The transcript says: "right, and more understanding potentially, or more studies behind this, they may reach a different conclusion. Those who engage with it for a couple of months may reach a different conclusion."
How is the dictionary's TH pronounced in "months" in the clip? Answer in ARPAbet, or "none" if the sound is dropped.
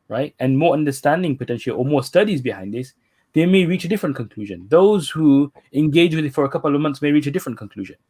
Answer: T